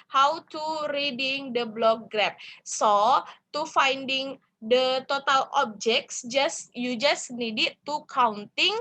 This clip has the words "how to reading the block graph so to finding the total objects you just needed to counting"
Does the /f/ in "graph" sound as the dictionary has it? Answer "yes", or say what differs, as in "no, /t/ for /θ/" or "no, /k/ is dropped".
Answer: no, /p/ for /f/